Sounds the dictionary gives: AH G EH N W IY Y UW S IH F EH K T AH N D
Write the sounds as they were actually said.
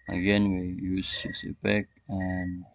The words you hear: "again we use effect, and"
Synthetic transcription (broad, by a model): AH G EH N W IY Y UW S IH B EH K AH N